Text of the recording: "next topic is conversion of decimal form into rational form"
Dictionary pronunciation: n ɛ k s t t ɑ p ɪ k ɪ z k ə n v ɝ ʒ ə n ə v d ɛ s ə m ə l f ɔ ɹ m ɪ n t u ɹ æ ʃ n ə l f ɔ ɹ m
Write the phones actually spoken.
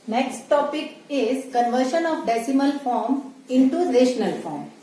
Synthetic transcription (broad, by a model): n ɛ k s t t ɑ p ɪ k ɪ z k ə n v ɝ ʃ ə n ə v d ɛ s ə m ə l f ɔ ɹ m ɪ n t u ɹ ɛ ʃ n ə l f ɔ ɹ m